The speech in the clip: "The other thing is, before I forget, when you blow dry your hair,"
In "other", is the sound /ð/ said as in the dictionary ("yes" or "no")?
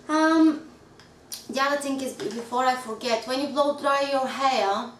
no